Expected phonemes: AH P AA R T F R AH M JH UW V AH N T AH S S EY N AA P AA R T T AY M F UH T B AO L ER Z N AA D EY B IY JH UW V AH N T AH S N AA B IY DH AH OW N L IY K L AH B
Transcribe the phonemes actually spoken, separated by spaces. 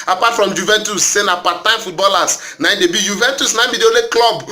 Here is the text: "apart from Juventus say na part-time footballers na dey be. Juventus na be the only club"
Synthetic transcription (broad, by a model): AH P AA T F R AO M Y UW V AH N T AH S S EY N AA P AA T T AY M F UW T B AO L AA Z N AA D EY B IY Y UW V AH N T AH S N AA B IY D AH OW L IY K L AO B